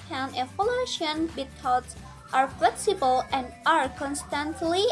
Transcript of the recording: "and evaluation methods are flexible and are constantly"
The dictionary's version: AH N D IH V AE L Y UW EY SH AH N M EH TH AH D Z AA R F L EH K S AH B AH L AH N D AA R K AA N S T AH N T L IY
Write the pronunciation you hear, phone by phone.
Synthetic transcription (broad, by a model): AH N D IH F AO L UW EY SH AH N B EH T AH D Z AA R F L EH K S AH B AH L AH N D AA R K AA N S T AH N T L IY